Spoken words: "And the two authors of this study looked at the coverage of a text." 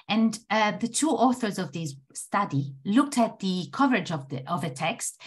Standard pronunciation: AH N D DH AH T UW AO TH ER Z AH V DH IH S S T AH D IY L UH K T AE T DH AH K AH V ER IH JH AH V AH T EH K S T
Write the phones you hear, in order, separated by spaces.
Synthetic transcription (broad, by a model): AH N DH AH T UW AO TH ER Z AH V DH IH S S T AH D IY L UH K T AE T DH AH K AH V ER IH JH AH V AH T EH K S T